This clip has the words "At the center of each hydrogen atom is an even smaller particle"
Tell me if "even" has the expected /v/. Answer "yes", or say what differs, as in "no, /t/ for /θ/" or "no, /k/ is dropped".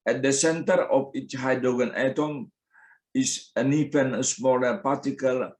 no, /f/ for /v/